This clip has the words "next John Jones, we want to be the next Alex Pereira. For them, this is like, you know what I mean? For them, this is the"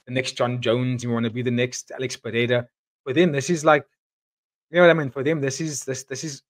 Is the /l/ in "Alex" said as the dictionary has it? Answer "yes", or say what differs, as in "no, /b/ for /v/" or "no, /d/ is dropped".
yes